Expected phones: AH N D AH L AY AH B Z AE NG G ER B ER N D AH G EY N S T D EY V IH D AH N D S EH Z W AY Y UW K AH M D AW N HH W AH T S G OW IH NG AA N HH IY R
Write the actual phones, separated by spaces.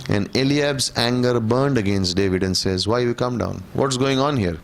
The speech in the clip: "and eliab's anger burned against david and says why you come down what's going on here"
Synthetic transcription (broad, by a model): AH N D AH L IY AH B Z AE NG G ER B ER N D AH G EY N S T D EY V IH D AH N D S EH Z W AY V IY K AH M D AW N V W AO T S G OW IH NG AA N HH IY R